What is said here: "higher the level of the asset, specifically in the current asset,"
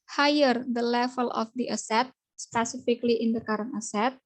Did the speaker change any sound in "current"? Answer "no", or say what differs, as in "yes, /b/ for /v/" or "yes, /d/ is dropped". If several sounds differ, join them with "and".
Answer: yes, /t/ is dropped